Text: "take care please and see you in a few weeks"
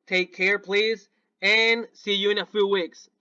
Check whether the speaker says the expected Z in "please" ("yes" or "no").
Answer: yes